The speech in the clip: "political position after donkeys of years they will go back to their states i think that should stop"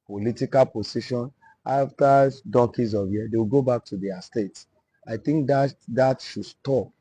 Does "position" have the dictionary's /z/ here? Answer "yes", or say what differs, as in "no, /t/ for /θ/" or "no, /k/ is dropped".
no, /s/ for /z/